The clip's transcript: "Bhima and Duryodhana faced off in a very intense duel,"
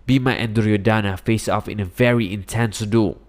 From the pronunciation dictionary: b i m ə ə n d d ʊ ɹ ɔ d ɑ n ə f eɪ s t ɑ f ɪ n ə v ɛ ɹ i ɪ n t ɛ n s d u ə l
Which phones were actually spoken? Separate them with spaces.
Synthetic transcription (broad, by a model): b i m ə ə n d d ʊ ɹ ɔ d ɑ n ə f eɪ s ɑ f ɪ n ə v ɛ ɹ i ɪ n t ɛ n s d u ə